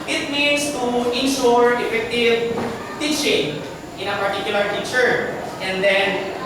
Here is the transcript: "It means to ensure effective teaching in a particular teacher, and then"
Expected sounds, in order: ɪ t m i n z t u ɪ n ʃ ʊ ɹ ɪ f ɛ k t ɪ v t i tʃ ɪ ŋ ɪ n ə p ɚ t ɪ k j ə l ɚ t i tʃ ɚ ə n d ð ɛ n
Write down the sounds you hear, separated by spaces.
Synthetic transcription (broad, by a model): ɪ t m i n s t u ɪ n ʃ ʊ ɹ ɪ f ɛ k t ɪ v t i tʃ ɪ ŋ ɪ n ə p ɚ t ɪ k j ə l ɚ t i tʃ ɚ ə n d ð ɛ n